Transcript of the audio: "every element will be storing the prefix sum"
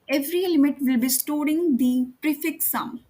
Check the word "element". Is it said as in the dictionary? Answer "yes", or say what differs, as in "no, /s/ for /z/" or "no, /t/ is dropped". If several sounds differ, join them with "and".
no, /n/ is dropped